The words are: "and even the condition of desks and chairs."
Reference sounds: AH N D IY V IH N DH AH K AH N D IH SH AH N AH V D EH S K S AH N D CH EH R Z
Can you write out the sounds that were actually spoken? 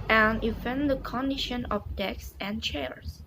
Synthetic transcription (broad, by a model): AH N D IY F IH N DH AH K AH N D IH SH AH N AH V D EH K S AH N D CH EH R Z